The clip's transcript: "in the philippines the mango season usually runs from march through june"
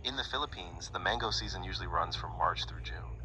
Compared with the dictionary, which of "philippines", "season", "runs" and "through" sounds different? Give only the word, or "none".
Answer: none